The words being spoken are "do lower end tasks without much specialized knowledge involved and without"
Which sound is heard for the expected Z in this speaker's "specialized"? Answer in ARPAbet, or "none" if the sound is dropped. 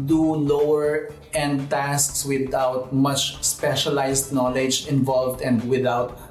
S